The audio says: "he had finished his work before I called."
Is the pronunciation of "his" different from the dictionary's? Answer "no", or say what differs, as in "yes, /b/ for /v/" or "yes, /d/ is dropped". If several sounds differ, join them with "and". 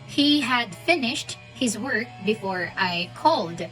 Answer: no